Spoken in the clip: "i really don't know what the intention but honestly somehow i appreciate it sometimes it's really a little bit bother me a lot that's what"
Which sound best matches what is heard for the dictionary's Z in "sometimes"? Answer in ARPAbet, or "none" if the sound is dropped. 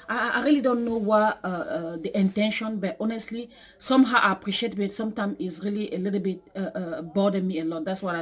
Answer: none